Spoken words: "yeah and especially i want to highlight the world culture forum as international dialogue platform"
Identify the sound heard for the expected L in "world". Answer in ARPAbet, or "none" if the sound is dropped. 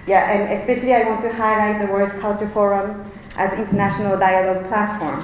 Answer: none